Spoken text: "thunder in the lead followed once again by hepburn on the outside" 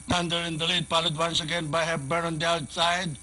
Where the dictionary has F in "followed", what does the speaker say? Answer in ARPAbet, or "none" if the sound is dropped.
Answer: P